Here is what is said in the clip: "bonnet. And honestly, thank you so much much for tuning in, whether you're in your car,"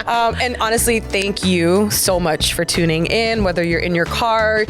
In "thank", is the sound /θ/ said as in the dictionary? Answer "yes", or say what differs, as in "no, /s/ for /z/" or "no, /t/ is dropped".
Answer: yes